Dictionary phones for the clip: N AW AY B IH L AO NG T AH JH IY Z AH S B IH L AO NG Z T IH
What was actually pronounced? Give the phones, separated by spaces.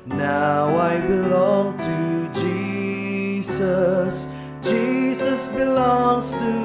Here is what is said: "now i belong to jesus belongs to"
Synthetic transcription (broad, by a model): N AW AY B IH L AO NG T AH JH IY Z AH S B IH L AO NG Z T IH